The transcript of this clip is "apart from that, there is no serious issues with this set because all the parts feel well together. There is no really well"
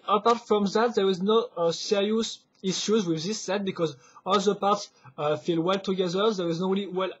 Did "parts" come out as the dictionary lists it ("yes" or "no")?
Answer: yes